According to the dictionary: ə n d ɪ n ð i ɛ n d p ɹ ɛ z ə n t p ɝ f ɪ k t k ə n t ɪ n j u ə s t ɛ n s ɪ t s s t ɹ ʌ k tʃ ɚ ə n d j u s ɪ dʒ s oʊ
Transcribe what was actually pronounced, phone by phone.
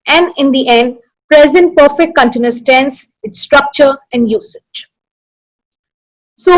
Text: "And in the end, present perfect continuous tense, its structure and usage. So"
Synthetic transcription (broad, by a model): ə n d ɪ n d i ɛ n d p ɹ ɛ z ə n t p ɝ f ɪ k t k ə n t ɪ n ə s t ɛ n s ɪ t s s t ɹ ʌ k tʃ ɚ ə n d j u s ɪ dʒ s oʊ